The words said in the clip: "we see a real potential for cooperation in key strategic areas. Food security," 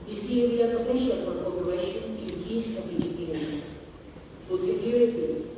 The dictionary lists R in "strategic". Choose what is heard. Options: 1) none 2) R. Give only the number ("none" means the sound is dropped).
1